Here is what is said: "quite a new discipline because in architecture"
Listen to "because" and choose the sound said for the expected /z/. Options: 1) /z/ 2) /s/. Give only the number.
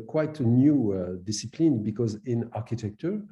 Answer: 1